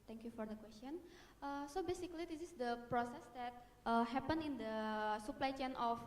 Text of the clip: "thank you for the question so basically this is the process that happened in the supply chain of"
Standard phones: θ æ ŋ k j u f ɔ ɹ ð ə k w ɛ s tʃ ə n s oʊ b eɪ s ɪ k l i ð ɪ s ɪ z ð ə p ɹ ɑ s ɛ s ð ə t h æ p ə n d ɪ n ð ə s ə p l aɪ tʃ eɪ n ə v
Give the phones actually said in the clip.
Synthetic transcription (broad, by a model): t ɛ ŋ k j u f ɔ ɹ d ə k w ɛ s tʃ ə n s oʊ b eɪ s ɪ k l i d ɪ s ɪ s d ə p ɹ ɑ s ɛ s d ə t h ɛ p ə n ɪ n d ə s ə p l aɪ tʃ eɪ n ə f